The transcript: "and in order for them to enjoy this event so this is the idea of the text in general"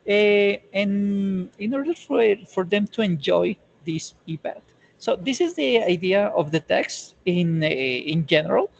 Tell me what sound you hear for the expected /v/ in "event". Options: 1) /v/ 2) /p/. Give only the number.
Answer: 2